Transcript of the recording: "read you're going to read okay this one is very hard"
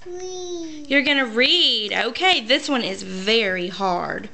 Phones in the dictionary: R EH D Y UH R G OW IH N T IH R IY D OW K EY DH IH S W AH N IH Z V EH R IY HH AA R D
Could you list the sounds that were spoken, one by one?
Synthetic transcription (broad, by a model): Y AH R G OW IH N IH R IY D OW K EY DH IH S W AH N IH Z V EH R IY HH AA R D